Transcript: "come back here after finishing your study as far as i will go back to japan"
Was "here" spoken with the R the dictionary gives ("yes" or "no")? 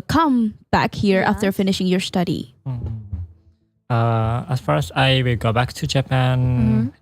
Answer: yes